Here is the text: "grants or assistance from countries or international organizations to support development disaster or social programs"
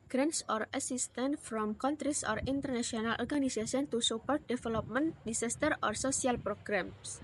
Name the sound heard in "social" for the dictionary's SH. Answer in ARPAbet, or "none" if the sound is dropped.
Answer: S